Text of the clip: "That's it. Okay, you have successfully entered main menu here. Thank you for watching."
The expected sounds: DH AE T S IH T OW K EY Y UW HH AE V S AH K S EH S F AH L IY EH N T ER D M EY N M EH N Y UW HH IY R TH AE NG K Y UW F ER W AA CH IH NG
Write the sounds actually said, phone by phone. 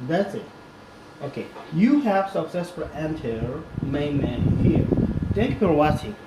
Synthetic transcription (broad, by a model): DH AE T S IH T OW K EY Y UW HH AE V S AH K S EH S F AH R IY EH N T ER M EY N M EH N HH IY R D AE K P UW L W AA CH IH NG